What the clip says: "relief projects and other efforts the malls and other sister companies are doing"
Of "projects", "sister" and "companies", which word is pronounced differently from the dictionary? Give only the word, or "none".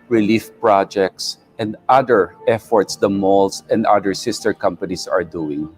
companies